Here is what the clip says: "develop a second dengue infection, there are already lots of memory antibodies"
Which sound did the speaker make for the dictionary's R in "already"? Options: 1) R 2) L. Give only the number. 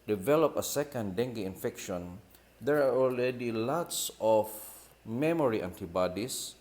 2